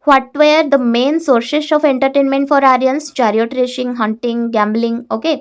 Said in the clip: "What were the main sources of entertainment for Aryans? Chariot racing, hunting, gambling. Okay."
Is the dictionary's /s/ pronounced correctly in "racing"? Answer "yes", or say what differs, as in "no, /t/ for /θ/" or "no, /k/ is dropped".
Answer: no, /ʃ/ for /s/